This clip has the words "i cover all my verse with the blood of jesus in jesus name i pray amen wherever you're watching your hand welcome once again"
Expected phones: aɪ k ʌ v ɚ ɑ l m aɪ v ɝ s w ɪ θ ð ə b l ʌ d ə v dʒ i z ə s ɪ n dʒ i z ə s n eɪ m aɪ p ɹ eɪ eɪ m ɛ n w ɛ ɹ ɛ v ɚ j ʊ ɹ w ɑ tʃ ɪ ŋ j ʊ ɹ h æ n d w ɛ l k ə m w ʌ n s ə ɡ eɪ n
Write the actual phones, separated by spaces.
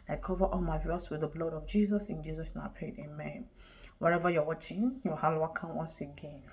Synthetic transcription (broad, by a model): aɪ k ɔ v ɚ ɑ l m aɪ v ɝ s w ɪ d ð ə b l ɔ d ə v dʒ i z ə s ɪ n dʒ i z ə s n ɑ ʊ p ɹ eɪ eɪ m ɛ n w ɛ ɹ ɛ v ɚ j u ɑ w ɑ tʃ ɪ ŋ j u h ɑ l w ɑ k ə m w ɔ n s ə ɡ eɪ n